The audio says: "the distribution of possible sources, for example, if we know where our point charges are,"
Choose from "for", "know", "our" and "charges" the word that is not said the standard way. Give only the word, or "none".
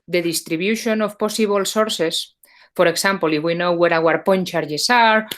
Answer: charges